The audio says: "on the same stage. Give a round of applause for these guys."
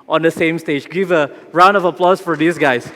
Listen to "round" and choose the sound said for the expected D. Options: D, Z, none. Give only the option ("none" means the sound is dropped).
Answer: D